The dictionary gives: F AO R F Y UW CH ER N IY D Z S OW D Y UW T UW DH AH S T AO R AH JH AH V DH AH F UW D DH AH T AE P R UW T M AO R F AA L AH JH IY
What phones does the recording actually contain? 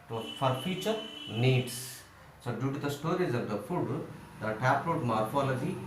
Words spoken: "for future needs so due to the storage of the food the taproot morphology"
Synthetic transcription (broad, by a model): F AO R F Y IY CH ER N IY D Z S OW D Y UW T UW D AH S T AO R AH Z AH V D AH F UW D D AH T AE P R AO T M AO R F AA L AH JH IY